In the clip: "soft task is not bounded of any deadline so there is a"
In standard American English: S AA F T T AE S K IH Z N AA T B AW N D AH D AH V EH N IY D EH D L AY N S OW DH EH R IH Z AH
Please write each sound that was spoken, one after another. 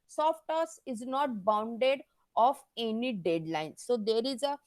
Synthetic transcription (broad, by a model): S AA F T T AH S IH Z N AA T B AW N D AH D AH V EH N IY D EH D L AY N S OW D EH R IH Z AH